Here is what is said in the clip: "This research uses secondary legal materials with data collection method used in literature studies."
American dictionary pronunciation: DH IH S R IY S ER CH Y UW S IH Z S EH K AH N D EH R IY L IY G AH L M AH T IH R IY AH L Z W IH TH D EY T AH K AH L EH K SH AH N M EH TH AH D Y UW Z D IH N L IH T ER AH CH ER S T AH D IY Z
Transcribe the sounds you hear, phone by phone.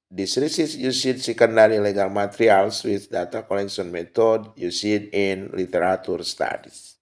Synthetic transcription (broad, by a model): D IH S R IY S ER S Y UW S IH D S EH K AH N D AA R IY L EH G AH L M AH T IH R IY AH L S W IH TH D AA T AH K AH L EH K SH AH N M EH T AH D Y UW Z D IH N L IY T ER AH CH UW S T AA D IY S